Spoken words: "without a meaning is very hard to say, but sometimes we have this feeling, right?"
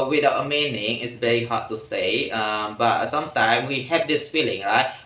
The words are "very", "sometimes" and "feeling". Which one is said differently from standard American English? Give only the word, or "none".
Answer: sometimes